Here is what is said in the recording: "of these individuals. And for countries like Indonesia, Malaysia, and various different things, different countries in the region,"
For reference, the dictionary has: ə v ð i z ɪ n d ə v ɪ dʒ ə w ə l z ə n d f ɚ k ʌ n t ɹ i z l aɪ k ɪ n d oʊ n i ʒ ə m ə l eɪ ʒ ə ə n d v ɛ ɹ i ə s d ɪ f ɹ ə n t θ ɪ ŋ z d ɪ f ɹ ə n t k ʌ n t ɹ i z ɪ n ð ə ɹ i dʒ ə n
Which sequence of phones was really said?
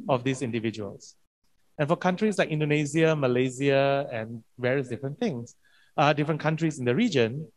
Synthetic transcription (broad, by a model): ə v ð i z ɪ n d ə v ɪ dʒ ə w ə l s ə n f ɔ k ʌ n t ɹ i s l aɪ k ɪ n d oʊ n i z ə m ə l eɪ z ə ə n v ɛ ɹ i ə s d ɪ f ɹ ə n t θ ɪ ŋ s d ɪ f ɹ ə n k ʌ n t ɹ i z ɪ n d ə ɹ i dʒ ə n